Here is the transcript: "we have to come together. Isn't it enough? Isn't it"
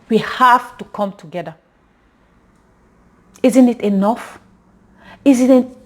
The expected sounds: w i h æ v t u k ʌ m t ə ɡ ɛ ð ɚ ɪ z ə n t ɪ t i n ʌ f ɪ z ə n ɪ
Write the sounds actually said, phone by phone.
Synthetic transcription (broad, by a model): w i h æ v t u k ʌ m t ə ɡ ɛ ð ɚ ɪ z ə n t ɪ t i n ʌ f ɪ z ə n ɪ